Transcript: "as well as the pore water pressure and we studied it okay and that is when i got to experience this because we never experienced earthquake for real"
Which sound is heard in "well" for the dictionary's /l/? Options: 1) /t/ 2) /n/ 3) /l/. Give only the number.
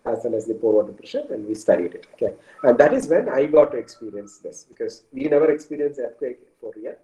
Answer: 2